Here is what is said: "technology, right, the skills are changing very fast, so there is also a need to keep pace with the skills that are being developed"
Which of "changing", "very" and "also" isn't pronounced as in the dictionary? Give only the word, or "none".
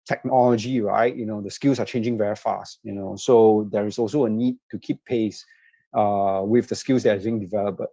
none